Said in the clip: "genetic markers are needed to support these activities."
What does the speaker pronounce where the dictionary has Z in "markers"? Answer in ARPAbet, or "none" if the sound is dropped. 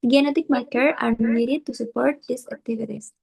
none